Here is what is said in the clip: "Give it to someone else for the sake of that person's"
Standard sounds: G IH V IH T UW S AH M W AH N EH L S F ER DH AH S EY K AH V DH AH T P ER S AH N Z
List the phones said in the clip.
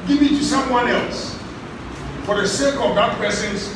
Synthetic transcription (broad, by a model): G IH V IH T UW S AH M W AH N EH L S F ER DH AH S EY K AH V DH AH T P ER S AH N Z